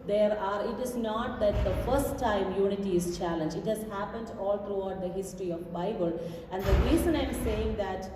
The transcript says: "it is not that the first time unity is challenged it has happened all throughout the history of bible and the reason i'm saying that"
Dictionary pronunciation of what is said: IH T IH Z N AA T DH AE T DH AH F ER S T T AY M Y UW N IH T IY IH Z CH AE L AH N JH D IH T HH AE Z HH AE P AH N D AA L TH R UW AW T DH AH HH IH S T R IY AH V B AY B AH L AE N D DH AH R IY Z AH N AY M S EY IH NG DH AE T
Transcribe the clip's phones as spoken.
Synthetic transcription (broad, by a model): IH T IH Z N AA T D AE T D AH F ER S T T AY M Y UW N IH T IY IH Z CH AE L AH N JH IH T HH AE Z HH AE P AH N D AA L T R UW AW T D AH HH IH S T R IY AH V B AY B AH L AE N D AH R IY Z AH N AY M S EY IH NG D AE T